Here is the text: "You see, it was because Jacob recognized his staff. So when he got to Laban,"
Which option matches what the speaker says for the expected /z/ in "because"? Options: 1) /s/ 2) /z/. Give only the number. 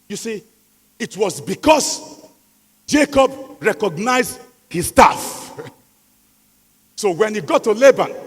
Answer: 1